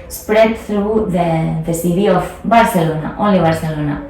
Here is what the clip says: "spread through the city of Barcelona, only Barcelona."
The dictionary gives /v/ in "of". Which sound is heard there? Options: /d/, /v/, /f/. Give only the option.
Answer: /f/